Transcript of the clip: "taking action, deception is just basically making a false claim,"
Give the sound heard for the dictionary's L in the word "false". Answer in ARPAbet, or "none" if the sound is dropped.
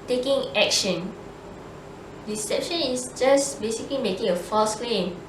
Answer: none